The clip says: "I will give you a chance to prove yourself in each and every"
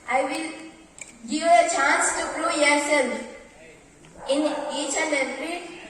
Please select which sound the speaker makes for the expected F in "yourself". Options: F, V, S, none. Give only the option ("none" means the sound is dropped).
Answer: none